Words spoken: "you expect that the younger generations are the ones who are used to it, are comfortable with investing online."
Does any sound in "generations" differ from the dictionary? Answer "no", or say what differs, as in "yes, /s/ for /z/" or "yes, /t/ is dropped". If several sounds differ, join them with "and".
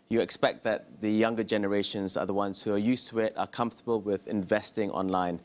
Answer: no